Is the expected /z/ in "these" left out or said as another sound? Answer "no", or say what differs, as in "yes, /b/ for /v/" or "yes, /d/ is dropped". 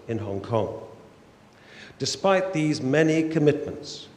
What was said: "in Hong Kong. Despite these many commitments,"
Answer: no